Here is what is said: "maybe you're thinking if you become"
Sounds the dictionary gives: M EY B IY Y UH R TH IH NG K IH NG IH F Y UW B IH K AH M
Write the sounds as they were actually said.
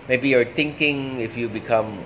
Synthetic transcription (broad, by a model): M EY B IY Y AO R T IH NG K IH NG IH F Y UW B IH K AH M